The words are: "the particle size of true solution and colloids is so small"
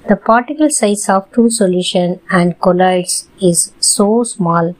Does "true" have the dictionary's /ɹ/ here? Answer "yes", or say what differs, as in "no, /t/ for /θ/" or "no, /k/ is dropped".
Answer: no, /ɹ/ is dropped